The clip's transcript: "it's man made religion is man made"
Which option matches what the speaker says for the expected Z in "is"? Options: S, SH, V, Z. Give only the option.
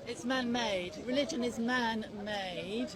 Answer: Z